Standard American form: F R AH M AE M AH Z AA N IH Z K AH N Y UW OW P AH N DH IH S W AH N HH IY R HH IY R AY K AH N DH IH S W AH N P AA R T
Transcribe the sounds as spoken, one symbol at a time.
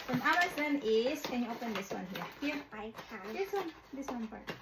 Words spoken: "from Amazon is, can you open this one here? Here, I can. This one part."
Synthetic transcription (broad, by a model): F R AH M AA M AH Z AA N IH S K AH N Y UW OW P AH N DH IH S W AH N HH IY R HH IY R AY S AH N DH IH S W AH N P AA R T